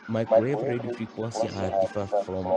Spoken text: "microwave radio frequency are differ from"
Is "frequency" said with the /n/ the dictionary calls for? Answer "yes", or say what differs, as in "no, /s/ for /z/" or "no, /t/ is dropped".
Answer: no, /n/ is dropped